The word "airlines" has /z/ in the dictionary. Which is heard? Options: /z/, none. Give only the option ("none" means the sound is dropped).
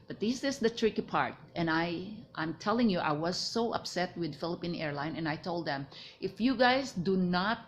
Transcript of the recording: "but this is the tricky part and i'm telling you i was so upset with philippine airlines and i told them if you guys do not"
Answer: none